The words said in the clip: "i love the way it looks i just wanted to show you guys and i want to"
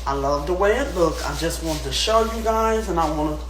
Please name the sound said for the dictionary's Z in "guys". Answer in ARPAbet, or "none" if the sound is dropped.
Z